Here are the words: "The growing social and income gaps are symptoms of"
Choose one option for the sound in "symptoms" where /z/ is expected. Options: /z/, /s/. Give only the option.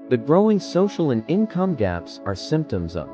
/z/